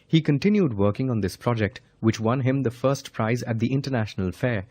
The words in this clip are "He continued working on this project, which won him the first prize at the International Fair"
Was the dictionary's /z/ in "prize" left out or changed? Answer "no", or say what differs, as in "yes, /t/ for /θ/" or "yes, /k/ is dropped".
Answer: no